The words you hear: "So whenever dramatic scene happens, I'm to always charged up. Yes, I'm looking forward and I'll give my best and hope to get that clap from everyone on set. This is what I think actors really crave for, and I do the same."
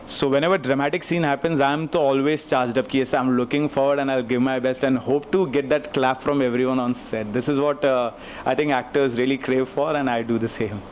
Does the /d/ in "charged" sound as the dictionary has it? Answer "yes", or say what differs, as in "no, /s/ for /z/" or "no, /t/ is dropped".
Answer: yes